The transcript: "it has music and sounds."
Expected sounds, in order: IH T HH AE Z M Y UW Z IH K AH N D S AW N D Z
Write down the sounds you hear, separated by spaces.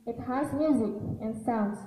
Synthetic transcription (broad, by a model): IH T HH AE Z M Y UW Z IH K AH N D S AW N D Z